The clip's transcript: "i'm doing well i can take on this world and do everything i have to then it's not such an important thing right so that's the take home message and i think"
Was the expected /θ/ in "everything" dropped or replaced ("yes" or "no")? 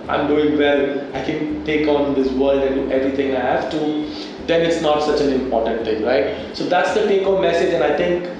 yes